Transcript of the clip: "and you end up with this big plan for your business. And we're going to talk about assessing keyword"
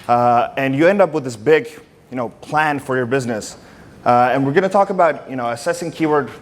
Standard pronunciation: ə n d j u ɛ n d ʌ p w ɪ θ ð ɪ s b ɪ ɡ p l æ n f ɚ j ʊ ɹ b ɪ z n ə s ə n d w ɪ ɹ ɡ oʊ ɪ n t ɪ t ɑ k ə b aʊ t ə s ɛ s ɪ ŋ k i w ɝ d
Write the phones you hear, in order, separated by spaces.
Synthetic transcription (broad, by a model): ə n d j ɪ ɛ n d ʌ p w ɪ ð ɪ s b ɪ ɡ p l æ n f ɚ j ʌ ɹ b ɪ z n ə s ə n w ɪ ɹ ɡ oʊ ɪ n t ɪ t ɑ k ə b aʊ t ə s ɛ s ɪ ŋ k i w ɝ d